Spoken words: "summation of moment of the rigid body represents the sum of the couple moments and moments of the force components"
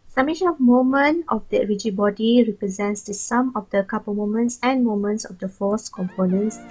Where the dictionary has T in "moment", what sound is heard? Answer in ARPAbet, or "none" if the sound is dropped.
none